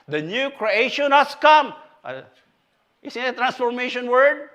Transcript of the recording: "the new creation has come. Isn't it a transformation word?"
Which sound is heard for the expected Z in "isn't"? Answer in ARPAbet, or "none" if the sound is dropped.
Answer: S